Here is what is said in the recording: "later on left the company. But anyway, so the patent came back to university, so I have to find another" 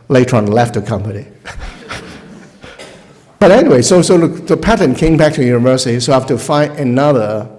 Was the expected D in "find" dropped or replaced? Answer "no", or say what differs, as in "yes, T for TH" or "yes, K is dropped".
yes, D is dropped